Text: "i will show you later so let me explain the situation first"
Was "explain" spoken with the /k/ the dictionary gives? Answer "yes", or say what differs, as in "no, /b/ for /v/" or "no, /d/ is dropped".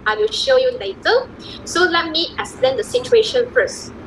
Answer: no, /k/ is dropped